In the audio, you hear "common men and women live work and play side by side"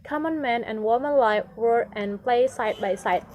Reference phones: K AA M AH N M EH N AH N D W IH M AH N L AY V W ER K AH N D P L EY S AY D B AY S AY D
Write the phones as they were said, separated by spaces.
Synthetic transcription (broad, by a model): K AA M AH N M EH N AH N W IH M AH N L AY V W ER AH N P L EY S AY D B AY S AY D